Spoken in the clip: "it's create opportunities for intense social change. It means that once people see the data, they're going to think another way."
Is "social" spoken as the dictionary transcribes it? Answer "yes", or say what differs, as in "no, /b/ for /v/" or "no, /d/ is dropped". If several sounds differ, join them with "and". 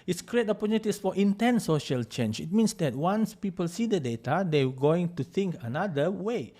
yes